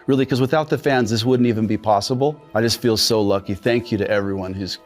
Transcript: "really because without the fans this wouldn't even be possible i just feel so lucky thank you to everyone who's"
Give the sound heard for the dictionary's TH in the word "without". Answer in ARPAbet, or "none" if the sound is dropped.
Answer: TH